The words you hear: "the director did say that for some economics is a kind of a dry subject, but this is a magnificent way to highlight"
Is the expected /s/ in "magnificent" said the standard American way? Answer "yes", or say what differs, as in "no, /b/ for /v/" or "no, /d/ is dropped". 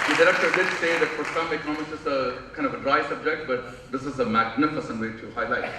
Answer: yes